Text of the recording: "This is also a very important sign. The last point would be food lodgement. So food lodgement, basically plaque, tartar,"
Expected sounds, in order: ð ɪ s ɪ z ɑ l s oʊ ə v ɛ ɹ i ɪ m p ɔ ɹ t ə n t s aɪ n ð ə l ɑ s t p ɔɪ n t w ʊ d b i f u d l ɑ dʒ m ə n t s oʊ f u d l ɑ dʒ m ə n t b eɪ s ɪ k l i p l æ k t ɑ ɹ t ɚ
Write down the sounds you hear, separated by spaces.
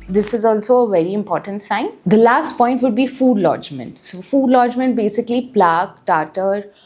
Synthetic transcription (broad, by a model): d ɪ s ɪ z ɑ l s oʊ ə v ɛ ɹ i ɪ m p ɔ ɹ t ə n t s aɪ n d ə l ɑ s t p ɔɪ n t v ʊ d b i f u d l ɑ dʒ m ə n t s oʊ f u d l ɑ dʒ m ə n t b eɪ s ɪ k l i p l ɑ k t ɑ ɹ t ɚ